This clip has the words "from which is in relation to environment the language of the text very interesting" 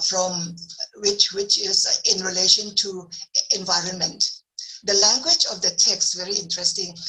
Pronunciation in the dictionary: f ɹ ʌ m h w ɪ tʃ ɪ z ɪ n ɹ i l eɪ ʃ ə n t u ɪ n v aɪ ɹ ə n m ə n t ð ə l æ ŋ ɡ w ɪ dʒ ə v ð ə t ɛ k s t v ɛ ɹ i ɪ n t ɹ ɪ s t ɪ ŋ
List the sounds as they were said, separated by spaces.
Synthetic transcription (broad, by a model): f ɹ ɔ m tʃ w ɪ tʃ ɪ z ɪ n ɹ i l eɪ ʃ ə n t u ɪ n v aɪ ɹ ə n m ə n t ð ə l æ ŋ ɡ w ɪ dʒ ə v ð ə t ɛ k s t v ɛ ɹ i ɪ n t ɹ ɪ s t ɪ ŋ